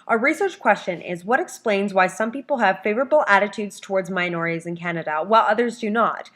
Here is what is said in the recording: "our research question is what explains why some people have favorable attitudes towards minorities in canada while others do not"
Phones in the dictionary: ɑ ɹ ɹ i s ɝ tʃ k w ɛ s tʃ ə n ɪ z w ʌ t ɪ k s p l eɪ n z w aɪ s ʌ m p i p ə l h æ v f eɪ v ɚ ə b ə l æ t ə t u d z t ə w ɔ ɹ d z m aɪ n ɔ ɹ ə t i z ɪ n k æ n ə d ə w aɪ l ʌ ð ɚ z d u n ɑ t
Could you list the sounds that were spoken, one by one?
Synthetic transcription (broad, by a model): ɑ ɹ ɹ i s ɝ tʃ k w ɛ s tʃ ə n ɪ z w ʌ t ɪ k s p l eɪ n z w aɪ s ʌ m p i p l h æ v f eɪ v ɚ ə b l æ t ə t u d z t ə w ɔ ɹ d z m aɪ n ɔ ɹ ə t i z ɪ n k æ n ə d ə w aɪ l ʌ ð ɚ z d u n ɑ t